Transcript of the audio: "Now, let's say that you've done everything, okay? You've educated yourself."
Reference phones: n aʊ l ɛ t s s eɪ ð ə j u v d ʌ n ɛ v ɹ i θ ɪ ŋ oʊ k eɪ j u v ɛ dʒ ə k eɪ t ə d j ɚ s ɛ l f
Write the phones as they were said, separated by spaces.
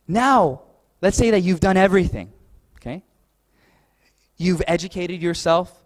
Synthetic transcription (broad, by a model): n aʊ l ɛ t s s eɪ ð ə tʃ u v d ʌ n ɛ v ɹ i θ ɪ ŋ oʊ k eɪ j u v ɛ dʒ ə k eɪ t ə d j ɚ s ɛ l f